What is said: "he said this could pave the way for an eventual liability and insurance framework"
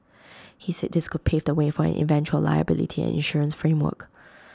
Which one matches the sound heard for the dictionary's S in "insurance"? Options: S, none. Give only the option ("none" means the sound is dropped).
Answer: S